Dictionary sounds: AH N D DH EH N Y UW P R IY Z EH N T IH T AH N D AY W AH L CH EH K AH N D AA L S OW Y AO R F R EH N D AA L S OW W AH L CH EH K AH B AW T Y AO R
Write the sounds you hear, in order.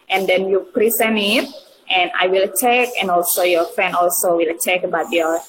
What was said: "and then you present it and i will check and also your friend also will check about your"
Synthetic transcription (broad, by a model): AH N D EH N Y UW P R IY S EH N IH T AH N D AY W AH L CH EH K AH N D AA L S OW Y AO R F R EH N D AA L S OW W AH L CH EH K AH B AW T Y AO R